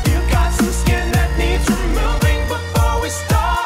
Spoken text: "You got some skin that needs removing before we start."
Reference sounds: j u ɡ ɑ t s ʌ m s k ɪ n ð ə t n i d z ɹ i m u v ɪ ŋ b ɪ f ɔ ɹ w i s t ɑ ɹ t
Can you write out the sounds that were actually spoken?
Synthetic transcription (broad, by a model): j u ɡ ɑ t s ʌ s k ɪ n ð ə t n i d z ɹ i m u ɪ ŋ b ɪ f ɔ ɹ w i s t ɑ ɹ